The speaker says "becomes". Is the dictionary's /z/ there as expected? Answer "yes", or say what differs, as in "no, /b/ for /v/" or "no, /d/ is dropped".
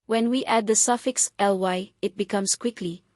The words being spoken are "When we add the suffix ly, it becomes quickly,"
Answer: no, /s/ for /z/